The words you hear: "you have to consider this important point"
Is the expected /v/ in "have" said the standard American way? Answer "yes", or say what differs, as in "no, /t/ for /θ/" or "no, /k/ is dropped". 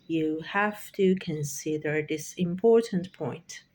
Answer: no, /f/ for /v/